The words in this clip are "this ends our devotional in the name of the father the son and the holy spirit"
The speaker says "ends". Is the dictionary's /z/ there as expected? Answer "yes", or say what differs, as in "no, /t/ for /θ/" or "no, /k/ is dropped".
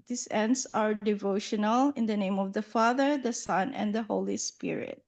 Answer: no, /s/ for /z/